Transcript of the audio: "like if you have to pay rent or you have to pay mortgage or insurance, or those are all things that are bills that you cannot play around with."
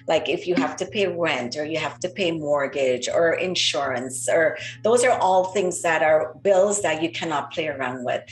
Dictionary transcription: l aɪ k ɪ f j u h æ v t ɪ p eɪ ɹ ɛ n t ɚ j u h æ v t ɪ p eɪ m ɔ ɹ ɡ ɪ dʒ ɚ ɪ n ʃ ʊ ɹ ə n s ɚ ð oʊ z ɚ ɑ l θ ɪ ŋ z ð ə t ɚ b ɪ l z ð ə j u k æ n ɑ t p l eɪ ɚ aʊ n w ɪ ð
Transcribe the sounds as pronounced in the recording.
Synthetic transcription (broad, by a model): l aɪ k ɪ f j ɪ h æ f t ɪ p eɪ ɹ ɛ n t ɚ j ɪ h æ f t ɪ p eɪ m ɔ ɹ ɡ ɪ dʒ ɚ ɪ n ʃ ʊ ɹ ə n s ɚ ð oʊ z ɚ ɑ l θ ɪ ŋ z ð ə t ɚ b ɪ l z ð ə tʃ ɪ k æ n ɑ t p l eɪ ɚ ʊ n w ɪ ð